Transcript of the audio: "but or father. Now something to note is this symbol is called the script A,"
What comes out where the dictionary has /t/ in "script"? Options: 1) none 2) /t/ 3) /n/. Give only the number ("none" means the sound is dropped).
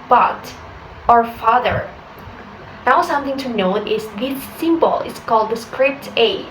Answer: 2